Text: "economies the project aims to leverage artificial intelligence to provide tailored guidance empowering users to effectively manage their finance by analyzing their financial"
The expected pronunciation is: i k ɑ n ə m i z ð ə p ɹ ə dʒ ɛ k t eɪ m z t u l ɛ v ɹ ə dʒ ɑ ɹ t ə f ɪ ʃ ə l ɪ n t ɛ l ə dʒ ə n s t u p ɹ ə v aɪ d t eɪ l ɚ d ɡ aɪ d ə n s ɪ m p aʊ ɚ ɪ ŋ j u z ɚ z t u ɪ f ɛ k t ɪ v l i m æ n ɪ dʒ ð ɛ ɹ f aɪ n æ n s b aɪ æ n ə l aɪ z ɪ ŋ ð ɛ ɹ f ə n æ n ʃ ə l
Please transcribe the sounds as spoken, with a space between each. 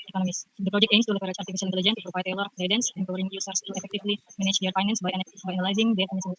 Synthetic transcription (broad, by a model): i k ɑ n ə m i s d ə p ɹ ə dʒ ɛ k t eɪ m s t u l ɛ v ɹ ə tʃ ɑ ɹ t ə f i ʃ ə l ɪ n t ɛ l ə dʒ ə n t u p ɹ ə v aɪ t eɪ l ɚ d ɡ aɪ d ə n s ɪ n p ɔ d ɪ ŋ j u s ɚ s t u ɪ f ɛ k t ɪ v l i m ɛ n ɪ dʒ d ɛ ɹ f aɪ n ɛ n s b aɪ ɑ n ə l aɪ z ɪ ŋ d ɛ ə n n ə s